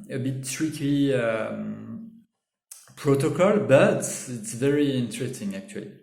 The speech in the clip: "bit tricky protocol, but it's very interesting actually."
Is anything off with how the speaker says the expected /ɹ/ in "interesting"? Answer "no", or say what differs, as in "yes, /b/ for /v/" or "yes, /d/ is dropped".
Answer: no